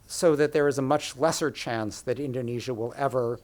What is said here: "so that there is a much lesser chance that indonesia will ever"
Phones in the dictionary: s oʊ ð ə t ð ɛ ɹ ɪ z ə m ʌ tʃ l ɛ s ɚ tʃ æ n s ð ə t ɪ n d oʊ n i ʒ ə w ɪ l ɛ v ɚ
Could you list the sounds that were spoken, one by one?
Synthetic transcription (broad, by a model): s oʊ ð ə t ð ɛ ɹ ɪ z ə m ʌ tʃ l ɛ s ɚ tʃ æ n s ð ə t ɪ n d oʊ n i ʒ ə w ɪ l ɛ v ɚ